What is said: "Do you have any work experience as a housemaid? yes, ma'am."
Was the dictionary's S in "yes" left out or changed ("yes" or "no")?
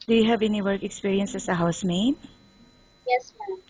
no